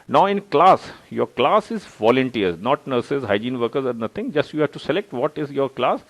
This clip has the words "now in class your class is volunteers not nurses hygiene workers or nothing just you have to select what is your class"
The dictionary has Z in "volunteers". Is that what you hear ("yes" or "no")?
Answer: no